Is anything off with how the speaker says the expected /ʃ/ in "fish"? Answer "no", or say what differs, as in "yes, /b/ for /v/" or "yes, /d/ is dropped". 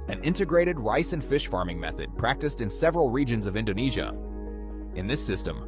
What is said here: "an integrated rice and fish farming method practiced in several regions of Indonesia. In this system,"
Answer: no